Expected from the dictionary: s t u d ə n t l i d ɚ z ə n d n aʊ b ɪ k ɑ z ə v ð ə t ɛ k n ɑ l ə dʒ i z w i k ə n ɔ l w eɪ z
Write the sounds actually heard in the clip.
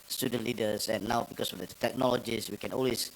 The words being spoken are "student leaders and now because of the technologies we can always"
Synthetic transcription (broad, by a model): s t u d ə n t l i d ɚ s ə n n aʊ b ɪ k ɑ s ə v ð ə t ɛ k n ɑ l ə dʒ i s w i k ə n ɔ l w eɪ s